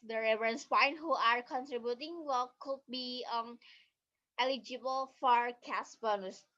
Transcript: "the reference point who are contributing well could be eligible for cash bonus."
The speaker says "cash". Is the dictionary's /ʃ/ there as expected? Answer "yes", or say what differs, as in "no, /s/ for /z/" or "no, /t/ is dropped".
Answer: no, /s/ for /ʃ/